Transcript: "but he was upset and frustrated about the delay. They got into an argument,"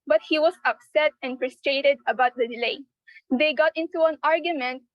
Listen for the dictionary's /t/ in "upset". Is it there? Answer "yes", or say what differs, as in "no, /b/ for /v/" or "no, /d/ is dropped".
yes